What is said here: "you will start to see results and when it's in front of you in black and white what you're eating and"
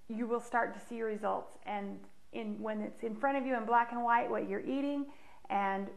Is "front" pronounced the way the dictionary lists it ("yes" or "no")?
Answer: no